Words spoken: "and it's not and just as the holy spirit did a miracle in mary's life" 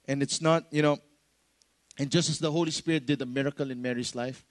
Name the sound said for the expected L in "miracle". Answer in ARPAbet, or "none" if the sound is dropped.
L